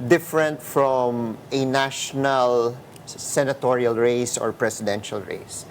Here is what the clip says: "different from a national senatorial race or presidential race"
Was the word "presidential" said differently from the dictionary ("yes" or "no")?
yes